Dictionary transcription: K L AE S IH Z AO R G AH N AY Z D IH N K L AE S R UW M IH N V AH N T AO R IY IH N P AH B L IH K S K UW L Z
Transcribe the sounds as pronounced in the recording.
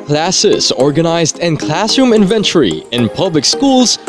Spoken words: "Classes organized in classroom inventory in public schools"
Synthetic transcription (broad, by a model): K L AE S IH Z AO R G AH N AY Z D IH N K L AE S UW M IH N V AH N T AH R IY IH N P AH B L IH K S K UW L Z